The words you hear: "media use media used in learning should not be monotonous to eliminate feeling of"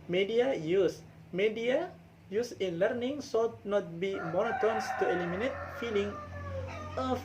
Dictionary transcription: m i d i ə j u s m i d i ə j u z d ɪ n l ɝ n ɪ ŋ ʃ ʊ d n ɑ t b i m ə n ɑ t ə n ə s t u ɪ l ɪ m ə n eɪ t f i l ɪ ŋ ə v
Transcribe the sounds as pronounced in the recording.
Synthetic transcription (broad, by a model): m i d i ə j u s m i d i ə j u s ɪ n l ɝ n ɪ ŋ s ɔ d n ɑ t b i m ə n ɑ t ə n s t u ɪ l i m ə n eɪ t f i l ɪ ŋ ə